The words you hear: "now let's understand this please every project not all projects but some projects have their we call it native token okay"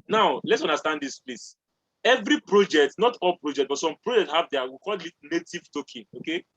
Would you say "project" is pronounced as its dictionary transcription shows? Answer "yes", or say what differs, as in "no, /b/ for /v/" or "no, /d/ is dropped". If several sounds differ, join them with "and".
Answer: yes